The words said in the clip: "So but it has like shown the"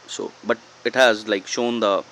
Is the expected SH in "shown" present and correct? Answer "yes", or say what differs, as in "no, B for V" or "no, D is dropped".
yes